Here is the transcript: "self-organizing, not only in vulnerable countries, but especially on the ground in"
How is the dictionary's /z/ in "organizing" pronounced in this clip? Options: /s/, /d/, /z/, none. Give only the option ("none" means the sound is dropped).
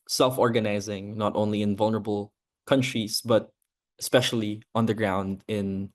/z/